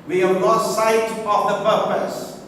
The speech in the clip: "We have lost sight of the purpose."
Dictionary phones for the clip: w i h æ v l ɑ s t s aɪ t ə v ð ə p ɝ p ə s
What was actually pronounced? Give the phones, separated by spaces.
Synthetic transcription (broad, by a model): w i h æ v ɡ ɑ t s aɪ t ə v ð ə p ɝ p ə s